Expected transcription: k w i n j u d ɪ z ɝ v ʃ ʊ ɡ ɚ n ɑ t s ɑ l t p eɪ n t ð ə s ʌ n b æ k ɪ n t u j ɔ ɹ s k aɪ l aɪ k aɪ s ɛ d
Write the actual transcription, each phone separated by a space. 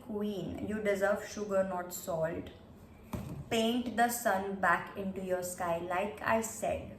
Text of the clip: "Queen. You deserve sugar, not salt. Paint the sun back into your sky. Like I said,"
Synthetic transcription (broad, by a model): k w i n j u d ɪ z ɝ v ʃ ʊ ɡ ɚ n ɑ t s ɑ l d p eɪ n t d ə s ʌ n b æ k ɪ n t u j ɔ ɹ s k aɪ l aɪ k aɪ s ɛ d